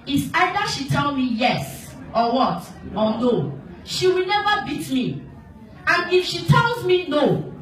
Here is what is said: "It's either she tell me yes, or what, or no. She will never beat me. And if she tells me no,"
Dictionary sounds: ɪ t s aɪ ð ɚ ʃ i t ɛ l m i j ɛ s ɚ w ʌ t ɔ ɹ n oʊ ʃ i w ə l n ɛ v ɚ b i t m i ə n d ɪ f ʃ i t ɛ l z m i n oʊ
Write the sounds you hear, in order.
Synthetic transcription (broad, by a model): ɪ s aɪ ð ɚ ʃ i t ɛ l m i j ɛ s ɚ w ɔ t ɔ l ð oʊ ʃ i w ə l n ɛ v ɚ b i t m i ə n ɪ f ʃ i t ɛ l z m i n oʊ